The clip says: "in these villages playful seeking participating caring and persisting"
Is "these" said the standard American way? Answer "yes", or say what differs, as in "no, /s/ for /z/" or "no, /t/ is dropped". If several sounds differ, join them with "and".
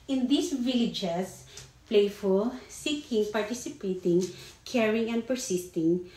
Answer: no, /s/ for /z/